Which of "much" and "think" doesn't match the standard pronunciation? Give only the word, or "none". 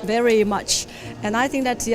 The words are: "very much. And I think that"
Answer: none